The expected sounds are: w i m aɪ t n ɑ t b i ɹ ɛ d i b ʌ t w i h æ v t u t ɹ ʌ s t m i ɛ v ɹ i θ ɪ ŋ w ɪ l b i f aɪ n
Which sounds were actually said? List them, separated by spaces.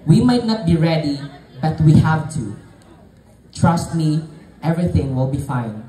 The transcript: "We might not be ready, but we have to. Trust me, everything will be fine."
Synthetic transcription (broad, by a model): w i m aɪ t n ɑ t b i ɹ ɛ d i b ʌ t w i h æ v t u t ɹ ʌ s t m i ɛ v ɹ i θ ɪ ŋ w ɪ l b i f aɪ n